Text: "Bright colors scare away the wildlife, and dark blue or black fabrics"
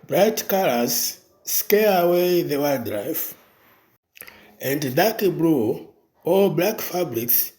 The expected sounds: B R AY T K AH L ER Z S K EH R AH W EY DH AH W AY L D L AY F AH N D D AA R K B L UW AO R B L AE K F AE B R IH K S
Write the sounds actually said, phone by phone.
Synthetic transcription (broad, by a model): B R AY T K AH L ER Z S K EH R AH W EY DH AH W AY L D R AY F AH N D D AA K B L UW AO L B L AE K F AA B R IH K S